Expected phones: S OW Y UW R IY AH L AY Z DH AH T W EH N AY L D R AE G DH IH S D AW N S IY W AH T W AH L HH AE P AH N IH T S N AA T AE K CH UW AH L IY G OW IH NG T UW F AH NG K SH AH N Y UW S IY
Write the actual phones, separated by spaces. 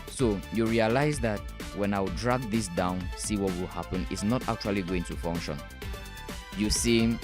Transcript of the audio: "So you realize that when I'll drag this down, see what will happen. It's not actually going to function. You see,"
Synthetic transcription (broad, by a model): S OW Y UW R IY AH L AY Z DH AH T W EH N AY W D R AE G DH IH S D AW N S IY W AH T W AH L HH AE P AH N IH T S N AA T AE K CH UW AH L IY G OW IH NG T UW F AH NG K SH AH N Y UW S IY